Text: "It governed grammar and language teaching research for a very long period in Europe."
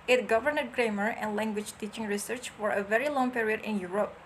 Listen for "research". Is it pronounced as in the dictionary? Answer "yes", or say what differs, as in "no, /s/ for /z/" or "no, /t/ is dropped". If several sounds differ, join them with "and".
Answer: yes